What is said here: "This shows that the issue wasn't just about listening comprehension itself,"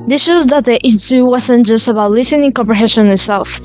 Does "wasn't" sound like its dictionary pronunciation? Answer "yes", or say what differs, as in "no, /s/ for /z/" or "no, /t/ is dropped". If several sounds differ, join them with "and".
no, /s/ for /z/